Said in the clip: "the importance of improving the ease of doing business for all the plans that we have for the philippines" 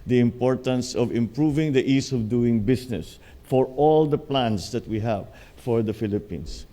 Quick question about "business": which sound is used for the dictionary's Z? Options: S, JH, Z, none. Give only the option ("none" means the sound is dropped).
S